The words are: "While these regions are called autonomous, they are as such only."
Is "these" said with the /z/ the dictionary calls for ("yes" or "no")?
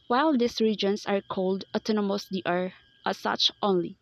no